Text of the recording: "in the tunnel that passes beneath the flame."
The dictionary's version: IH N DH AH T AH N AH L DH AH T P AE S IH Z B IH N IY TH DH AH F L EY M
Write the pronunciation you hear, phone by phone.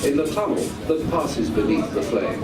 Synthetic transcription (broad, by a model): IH N DH AH T AH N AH L DH AH T P AE S IH Z B IH N IY TH DH AH F L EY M